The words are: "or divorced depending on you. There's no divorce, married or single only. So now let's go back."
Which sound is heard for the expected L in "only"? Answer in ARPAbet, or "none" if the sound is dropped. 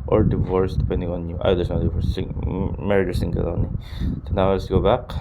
none